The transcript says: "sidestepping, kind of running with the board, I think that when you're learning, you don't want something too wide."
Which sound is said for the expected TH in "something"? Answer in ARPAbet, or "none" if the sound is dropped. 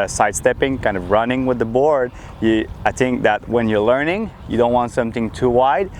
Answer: TH